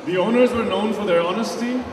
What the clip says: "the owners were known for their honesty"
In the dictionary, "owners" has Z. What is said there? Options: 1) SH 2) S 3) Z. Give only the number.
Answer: 3